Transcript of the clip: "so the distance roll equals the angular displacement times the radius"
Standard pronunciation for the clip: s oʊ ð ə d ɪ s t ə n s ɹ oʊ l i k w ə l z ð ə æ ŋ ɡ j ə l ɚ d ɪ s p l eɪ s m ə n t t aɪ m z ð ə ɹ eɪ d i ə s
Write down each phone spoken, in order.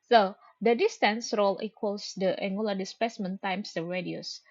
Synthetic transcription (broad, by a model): s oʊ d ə d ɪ s t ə n s ɹ oʊ l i k w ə l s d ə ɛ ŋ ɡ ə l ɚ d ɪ s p eɪ s m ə n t t aɪ m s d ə ɹ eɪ d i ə s